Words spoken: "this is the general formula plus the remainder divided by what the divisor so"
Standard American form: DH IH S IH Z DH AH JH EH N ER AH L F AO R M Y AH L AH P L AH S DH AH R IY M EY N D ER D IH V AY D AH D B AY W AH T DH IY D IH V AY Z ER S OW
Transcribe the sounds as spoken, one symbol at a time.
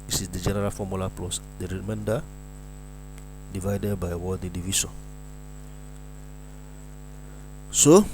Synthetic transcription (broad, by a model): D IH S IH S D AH JH EH N ER AH L F AO M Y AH L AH P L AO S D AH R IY M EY N D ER D IH V AY D AH D B AY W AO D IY D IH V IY S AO S OW